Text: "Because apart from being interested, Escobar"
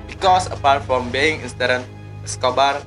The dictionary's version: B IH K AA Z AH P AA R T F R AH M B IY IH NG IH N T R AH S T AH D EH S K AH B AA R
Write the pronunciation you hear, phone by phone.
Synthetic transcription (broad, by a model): B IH K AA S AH P AA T F R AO M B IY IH NG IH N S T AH T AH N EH S K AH B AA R